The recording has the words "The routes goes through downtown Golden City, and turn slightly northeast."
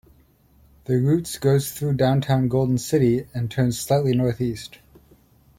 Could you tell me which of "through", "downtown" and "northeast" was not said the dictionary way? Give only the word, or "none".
none